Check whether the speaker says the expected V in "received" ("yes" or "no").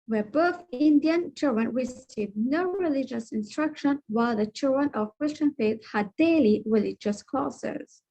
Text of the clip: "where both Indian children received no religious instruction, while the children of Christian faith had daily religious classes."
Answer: no